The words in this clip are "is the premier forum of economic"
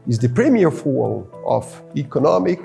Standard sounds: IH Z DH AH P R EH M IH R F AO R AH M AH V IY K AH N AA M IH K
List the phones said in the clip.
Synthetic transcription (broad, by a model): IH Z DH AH P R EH M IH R F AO L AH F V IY K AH N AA M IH K